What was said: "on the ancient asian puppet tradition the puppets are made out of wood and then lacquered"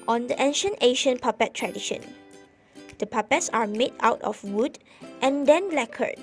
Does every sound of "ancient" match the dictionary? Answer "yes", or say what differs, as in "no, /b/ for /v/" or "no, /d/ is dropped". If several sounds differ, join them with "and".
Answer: yes